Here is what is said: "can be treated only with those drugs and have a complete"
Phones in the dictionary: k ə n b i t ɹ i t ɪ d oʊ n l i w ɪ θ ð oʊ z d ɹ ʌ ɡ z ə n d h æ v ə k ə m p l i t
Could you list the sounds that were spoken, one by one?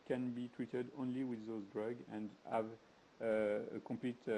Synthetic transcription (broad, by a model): k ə n b i t ɹ i t ɪ d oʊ n l i w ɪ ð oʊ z d ɹ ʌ ɡ ə n d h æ v ə k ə m p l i t